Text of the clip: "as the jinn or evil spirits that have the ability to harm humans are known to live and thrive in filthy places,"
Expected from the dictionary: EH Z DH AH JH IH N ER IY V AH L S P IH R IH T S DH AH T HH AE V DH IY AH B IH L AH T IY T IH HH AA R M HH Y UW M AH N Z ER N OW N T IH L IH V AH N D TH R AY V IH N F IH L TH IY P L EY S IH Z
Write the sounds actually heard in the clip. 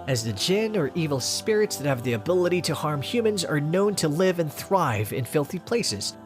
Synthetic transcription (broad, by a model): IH Z DH AH JH IH N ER IY V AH L S P IH R IH T S DH AH T HH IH V DH IY AH B IH L AH T IY T IH HH AA R M HH Y UW M AH N Z ER N OW N T IH L IH V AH N TH R AY V IH N F IH L TH IY P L EY S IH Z